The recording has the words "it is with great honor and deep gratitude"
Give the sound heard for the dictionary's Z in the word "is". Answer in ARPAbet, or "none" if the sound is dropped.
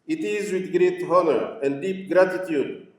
Z